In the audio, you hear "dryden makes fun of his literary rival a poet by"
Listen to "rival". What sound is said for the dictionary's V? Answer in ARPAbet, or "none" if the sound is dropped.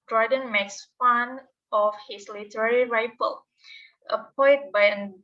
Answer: F